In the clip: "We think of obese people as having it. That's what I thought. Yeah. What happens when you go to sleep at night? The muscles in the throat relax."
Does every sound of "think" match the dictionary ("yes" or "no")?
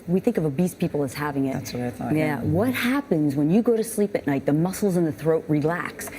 yes